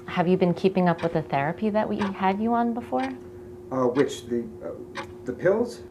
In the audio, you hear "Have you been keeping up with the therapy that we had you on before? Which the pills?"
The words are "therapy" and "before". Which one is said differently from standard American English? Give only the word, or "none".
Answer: none